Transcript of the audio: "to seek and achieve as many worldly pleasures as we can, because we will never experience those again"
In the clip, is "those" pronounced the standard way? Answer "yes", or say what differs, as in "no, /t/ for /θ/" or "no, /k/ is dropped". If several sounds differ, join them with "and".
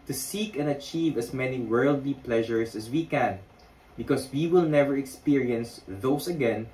no, /s/ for /z/